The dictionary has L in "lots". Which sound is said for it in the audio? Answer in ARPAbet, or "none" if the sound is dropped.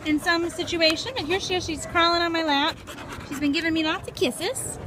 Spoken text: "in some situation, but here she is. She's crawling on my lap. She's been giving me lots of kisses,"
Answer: N